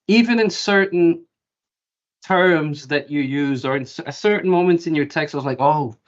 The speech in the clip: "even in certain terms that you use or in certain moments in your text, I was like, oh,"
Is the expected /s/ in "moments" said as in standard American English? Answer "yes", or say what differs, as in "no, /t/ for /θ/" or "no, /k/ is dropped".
no, /s/ is dropped